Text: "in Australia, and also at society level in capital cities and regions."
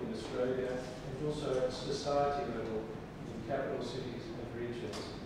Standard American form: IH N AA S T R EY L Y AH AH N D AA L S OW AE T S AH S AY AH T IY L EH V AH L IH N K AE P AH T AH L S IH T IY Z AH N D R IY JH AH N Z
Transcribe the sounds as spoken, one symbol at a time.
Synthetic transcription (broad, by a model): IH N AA S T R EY L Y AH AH N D AA L S OW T S AH S AY AH T IY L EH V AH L IH N K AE P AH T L S IH T IY Z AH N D R IY JH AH N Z